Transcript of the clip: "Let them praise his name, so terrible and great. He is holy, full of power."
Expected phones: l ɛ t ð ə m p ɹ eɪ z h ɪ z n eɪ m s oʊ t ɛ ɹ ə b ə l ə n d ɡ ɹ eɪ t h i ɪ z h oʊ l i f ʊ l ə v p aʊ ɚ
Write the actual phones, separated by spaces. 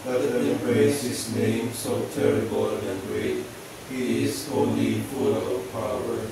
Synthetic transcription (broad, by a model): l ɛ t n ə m b ɹ eɪ s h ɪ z n eɪ m s oʊ t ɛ ɹ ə b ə l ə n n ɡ ɹ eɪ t h i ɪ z oʊ l i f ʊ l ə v p aʊ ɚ